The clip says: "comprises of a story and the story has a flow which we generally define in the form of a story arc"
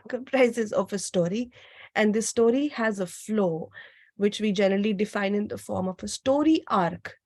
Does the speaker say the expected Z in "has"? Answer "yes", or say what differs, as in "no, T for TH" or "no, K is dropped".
yes